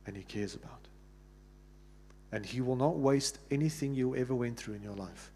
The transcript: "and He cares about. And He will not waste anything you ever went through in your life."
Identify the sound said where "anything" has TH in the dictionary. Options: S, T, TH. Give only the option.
TH